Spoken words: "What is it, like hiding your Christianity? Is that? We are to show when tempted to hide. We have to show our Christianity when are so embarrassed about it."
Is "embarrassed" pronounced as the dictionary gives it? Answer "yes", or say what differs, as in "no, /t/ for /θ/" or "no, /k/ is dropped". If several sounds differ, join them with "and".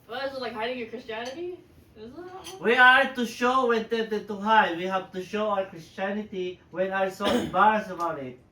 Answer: no, /t/ is dropped